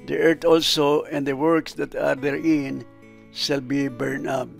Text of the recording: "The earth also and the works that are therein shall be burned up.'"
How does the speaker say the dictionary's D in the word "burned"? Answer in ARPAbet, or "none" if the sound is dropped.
none